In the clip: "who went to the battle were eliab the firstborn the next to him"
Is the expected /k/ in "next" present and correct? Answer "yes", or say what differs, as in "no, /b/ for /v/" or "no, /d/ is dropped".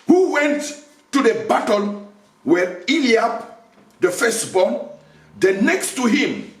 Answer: yes